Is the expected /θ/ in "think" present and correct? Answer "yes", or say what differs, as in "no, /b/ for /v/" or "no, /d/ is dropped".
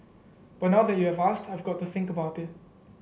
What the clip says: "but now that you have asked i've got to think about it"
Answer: yes